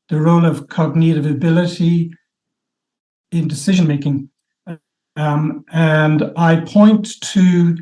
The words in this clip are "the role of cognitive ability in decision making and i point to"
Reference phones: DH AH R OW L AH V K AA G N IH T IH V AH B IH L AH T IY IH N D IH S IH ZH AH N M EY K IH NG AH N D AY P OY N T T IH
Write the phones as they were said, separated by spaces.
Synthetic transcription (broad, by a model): DH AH R OW L AH V K AA G N IH T IH V AH B IH L AH T IY IH N D IH S IH ZH AH N M EY K IH NG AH N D AY P OY N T T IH